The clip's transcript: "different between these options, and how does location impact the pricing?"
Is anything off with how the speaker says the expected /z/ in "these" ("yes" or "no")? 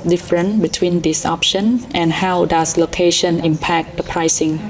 yes